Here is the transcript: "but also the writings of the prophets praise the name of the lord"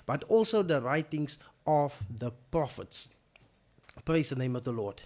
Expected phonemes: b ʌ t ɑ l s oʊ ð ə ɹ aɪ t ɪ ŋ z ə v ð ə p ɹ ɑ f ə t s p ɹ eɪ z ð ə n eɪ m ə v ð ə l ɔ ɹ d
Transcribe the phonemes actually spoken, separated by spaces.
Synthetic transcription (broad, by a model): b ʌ t ɑ l s oʊ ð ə ɹ aɪ t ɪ ŋ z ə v ð ə p ɹ ɑ f ə t s p ɹ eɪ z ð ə n eɪ m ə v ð ə l ɔ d